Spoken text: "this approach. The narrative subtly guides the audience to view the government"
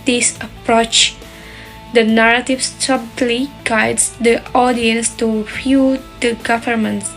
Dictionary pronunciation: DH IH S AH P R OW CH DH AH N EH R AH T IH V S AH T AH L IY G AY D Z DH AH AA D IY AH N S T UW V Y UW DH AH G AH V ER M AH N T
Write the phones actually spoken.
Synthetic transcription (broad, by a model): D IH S AH P R OW CH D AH N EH R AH T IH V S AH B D L IY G AY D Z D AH AA D IY AH N S T UW F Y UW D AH G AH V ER M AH N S